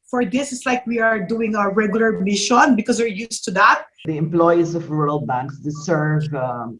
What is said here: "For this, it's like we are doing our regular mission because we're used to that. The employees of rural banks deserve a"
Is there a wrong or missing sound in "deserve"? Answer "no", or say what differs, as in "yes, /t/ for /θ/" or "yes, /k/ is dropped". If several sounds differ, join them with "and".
yes, /s/ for /z/